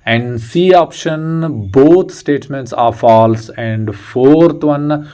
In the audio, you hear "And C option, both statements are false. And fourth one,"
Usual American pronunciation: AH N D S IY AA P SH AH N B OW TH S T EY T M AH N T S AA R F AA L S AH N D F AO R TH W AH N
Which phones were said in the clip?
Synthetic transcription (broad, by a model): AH N D S IY AA P SH AH N B OW T S T EY T M AH N T S AA R F AA L S AH N D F AO R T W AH N